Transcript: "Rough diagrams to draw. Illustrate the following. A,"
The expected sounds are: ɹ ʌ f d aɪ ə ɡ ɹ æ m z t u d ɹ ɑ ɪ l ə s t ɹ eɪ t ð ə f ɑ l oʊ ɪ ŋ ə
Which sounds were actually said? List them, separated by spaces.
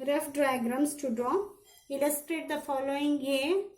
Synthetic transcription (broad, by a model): ɹ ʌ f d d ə ɡ ɹ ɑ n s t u d ɹ ɑ ɪ l ə s t ɹ eɪ t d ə f ɑ l oʊ ɪ ŋ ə